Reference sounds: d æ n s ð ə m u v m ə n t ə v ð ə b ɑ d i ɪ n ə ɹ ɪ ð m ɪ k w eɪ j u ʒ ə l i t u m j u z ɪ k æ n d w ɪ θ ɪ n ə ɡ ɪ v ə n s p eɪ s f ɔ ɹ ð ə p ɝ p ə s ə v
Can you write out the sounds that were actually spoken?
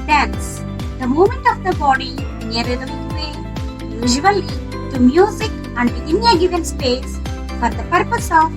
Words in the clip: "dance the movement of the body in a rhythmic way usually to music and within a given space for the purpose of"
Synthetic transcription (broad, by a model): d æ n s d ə m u m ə n t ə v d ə b ɑ d i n ə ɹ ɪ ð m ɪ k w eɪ j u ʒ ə l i t u m j u z ɪ k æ n d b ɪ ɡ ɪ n ə ɡ ɪ v ə n s p eɪ s f ɔ ɹ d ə p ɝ p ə s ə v